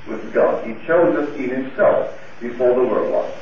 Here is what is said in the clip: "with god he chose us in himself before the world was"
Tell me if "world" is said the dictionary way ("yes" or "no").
no